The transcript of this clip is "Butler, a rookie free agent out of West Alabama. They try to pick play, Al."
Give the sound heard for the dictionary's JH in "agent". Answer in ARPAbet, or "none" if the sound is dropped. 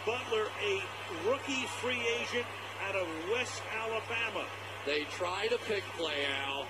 ZH